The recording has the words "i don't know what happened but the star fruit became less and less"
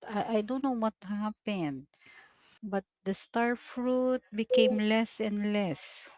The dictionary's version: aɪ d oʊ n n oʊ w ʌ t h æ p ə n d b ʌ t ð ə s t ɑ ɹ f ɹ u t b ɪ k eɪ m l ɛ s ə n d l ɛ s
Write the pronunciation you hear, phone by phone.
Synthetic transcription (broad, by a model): aɪ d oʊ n n oʊ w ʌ t h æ p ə n d b ʌ t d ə s t ɑ ɹ f ɹ u t b ɪ k eɪ m l ɛ s ə n d l ɛ s